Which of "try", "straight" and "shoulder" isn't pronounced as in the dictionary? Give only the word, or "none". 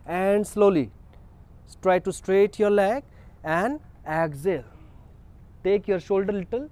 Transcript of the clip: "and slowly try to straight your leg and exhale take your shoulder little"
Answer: none